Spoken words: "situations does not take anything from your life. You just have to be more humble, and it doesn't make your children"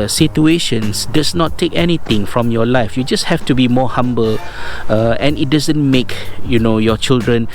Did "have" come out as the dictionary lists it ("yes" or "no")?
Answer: no